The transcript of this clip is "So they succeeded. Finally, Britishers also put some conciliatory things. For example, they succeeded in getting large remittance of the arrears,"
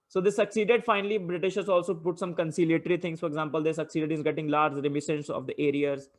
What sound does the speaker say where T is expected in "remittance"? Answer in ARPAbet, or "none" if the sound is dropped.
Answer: S